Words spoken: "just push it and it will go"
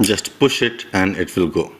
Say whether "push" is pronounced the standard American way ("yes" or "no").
yes